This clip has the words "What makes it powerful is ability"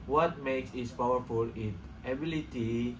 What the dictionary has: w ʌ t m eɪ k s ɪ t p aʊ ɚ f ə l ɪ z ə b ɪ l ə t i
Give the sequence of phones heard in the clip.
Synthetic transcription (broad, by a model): w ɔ t m eɪ k s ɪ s p aʊ ɚ f ə l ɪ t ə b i l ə t i